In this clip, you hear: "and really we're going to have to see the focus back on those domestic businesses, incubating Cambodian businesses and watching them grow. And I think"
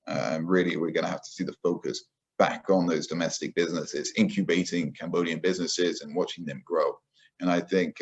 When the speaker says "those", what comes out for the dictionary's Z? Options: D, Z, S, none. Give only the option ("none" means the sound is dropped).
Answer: Z